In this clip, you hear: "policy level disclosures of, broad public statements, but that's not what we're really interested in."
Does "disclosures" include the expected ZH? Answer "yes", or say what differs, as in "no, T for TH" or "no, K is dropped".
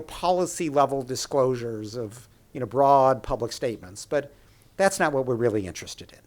yes